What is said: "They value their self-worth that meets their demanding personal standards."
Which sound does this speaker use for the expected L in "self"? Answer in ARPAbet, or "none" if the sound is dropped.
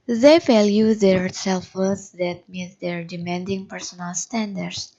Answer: L